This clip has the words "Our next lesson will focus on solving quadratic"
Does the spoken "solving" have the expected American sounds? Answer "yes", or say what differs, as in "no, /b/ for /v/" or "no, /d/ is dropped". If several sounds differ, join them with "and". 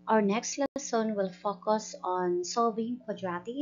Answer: no, /l/ is dropped